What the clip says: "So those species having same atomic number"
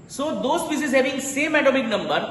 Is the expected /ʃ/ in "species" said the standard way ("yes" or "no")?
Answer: no